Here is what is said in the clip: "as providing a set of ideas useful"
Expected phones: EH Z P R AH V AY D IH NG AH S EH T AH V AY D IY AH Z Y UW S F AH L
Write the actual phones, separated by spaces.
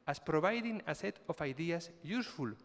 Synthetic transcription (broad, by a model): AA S P R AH B AY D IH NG AH S EH T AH F AY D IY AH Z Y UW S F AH L